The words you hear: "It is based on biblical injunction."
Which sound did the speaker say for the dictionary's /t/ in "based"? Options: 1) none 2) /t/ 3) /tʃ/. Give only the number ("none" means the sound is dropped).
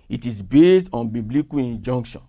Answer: 2